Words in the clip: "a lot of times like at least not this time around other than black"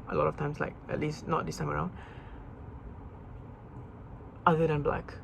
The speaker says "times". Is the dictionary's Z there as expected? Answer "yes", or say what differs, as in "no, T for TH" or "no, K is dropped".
no, S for Z